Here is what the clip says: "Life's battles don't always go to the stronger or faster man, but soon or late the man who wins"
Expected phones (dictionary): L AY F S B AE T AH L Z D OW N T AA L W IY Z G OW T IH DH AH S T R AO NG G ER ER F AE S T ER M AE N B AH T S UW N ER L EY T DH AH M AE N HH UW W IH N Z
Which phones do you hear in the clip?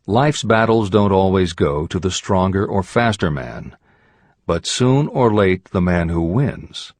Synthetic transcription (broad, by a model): L AY F S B AE T L Z D OW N T AA L W IY Z G OW T IH DH AH S T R AO NG G ER ER F AE S T ER M AE N B AH T S UW N ER L EY T DH AH M AE N HH UW W IH N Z